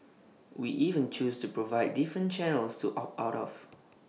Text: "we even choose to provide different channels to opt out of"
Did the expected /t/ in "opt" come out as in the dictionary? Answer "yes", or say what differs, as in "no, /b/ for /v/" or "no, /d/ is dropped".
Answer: no, /t/ is dropped